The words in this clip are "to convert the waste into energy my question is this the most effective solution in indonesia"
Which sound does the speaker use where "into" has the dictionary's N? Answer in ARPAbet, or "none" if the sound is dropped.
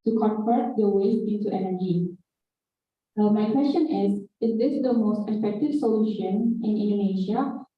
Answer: none